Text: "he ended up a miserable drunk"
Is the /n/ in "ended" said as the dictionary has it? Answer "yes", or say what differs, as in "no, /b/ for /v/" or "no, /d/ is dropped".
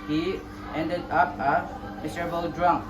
yes